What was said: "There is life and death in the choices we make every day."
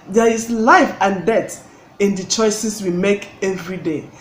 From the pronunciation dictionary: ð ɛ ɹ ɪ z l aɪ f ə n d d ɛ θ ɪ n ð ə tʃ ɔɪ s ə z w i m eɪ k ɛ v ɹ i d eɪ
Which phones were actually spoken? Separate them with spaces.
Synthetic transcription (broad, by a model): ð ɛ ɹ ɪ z l aɪ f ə n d d ɛ t ɪ n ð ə tʃ ɔɪ s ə s w i m eɪ k ɛ v ɹ i d eɪ